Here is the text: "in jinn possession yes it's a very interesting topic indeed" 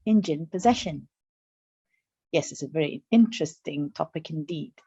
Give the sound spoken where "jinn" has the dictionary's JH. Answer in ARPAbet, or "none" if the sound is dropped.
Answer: JH